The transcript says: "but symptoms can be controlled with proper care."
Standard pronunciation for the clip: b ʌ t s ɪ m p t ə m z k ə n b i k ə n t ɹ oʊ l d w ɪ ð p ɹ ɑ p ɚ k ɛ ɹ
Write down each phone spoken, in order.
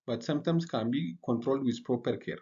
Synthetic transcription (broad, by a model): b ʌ t s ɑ m t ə m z k ə n b i k ə n t ɹ oʊ l d w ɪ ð p ɹ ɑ p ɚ k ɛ ɹ